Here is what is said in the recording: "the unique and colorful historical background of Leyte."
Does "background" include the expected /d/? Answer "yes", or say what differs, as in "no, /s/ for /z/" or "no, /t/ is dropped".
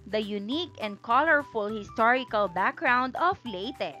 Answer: yes